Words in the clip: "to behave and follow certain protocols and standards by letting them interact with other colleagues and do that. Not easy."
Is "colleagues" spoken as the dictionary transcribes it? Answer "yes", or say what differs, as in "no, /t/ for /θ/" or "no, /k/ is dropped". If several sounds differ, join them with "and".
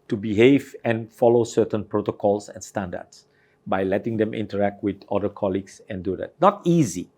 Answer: no, /s/ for /z/